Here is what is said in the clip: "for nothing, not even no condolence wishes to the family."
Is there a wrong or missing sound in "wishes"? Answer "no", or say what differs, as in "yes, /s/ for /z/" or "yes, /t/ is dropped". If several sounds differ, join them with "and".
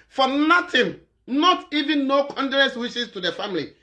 yes, /s/ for /z/